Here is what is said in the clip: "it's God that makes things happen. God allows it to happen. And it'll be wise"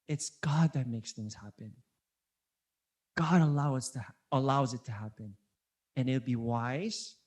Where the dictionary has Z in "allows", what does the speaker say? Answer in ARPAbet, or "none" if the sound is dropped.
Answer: Z